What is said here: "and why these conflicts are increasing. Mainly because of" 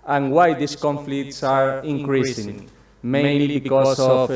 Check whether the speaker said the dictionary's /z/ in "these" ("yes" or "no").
no